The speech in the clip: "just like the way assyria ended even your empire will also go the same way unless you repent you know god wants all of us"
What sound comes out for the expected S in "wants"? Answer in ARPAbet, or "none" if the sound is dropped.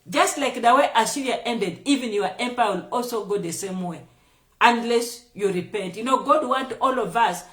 none